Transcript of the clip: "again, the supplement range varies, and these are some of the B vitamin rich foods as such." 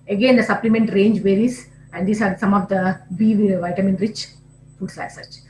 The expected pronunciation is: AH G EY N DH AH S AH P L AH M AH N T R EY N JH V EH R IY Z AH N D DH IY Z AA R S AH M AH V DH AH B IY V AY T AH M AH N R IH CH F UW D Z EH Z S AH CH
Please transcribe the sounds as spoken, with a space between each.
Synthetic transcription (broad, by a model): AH G EY N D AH S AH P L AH M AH N T R EY N JH V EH R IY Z AH N D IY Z AA R S AH M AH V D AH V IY V AY T AH M AH N R IH CH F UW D S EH S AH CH